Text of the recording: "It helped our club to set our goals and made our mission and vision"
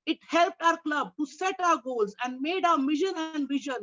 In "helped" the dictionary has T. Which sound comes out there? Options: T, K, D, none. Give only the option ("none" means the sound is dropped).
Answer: T